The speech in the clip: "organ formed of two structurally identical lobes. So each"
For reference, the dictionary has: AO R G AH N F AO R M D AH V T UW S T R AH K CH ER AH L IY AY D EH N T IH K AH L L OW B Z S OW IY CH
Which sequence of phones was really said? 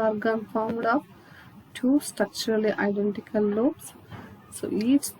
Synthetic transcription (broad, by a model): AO R G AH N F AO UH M D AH P T UW S T R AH K CH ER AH L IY AY D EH N T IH K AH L L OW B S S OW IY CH